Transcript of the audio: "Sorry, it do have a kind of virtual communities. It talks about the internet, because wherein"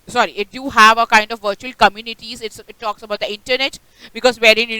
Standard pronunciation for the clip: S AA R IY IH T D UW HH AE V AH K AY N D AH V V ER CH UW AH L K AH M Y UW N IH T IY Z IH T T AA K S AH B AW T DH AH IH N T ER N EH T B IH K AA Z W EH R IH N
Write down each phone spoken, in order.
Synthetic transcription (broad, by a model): S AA R IY IH T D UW HH AE V AH K AY N D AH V V ER CH UW AH L K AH M Y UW N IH T IY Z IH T T AA K S AH B AW T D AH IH N T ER N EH T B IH K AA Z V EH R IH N